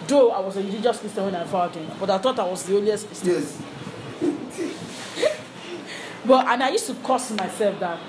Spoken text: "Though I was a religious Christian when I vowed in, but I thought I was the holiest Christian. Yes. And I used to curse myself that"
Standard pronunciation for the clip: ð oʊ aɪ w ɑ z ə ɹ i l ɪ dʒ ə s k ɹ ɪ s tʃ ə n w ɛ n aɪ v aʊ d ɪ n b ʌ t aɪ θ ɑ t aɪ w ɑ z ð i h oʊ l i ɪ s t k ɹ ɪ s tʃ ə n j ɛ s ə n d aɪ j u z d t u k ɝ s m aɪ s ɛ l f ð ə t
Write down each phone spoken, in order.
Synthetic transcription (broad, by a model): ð oʊ aɪ w ɑ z ə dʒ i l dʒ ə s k ɪ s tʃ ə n w ɛ n aɪ f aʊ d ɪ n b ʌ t aɪ θ ɑ t aɪ w ɑ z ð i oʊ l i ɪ s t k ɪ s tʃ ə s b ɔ ə n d aɪ j u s t u k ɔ s m aɪ s ɛ l f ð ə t